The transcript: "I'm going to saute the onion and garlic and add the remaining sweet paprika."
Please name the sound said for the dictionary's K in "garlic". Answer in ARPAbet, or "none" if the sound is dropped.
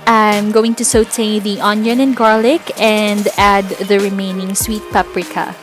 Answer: K